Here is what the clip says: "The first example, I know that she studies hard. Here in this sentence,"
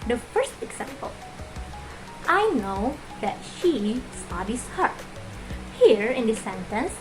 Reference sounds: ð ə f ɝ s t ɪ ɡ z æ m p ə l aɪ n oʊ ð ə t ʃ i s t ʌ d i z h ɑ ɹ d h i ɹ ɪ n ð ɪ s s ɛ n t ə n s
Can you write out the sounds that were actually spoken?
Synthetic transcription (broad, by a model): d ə f ɝ s t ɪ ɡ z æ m p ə l aɪ n oʊ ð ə t ʃ i s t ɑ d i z h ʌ ɹ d h i ɹ ɪ n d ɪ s s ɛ n t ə n s